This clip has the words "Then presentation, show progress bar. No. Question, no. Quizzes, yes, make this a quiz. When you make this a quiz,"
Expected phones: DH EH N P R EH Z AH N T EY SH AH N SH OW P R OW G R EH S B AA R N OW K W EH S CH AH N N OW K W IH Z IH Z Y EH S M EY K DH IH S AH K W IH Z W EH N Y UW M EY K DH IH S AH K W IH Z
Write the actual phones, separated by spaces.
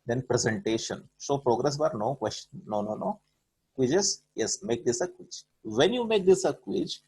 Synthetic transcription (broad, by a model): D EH N P R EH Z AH N T EY SH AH N S OW P R OW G R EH S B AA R N OW K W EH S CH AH N N OW K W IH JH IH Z Y EH S M EY K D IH S AH K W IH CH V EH N Y UW M EY K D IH S AH K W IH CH